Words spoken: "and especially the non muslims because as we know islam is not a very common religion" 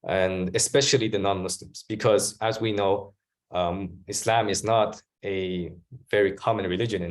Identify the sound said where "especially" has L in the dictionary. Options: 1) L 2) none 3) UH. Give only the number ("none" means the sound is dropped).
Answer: 1